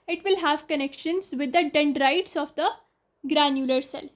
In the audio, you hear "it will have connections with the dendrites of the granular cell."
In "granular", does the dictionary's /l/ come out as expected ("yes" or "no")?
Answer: yes